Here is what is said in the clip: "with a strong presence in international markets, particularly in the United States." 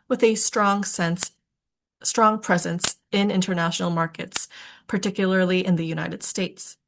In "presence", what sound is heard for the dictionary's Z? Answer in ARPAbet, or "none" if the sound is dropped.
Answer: Z